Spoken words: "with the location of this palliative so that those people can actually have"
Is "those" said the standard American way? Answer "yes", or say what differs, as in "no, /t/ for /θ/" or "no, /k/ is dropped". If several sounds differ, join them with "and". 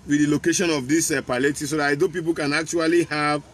no, /z/ is dropped